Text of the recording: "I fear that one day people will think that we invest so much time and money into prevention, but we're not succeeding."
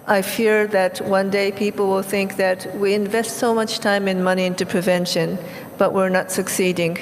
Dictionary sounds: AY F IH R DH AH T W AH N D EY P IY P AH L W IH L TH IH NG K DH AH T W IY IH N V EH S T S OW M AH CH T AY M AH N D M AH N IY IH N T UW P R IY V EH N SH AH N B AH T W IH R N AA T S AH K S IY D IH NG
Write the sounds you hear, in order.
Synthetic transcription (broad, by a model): AY F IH R DH AH T W AH N D EY P IY P L W IH L TH IH NG K DH AH T W IY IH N V EH S T S OW M AH CH T AY M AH N M AH N IY IH N T UW P R IY V EH N SH AH N B AH T W IH R N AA T S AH K S IY D IH NG